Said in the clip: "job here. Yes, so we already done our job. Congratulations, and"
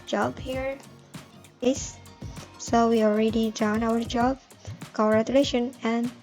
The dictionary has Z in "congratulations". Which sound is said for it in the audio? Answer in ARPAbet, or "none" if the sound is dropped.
none